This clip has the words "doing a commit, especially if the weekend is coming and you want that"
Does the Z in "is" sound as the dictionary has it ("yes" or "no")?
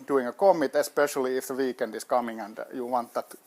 no